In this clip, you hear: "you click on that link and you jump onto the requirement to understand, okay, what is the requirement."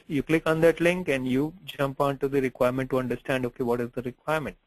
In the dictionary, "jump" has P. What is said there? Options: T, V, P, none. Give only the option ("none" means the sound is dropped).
P